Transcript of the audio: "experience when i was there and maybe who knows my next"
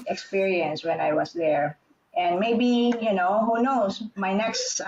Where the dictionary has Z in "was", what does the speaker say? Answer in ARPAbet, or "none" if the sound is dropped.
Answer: S